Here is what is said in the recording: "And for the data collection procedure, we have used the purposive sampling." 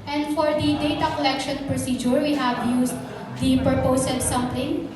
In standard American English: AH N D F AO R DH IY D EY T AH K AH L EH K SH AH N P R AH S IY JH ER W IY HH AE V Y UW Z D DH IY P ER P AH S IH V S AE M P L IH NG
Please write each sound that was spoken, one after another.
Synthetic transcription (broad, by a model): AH N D F AO R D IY D EY T AH K AH L EH K SH AH N P R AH S IY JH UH W IY HH AE V Y UW S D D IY P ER P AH S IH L S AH M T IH NG